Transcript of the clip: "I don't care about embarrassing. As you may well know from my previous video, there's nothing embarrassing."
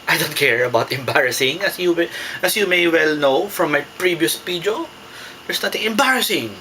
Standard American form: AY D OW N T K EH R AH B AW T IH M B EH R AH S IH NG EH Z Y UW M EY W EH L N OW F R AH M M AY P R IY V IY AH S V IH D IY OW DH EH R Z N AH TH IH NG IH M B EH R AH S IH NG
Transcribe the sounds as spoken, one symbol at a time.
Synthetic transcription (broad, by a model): AY D OW N T K EH R AH B AW T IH M B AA R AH S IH NG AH S Y UW M EY W EH L N OW F R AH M M AY P R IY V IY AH S P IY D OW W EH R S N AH T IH NG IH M B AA R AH S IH NG